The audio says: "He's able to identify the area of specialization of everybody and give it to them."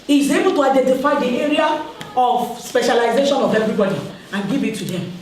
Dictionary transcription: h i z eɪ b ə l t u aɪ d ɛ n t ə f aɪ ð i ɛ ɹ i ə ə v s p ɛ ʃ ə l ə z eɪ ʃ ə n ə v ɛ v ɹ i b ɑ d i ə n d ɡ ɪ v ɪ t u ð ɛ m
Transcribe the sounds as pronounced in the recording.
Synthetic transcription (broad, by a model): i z eɪ b ə l t u aɪ d ɛ n t ə f aɪ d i ɛ ɹ i ə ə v s p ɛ ʃ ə l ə z eɪ ʃ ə n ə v ɛ v ɹ i b ɑ d i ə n ɡ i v ɪ t u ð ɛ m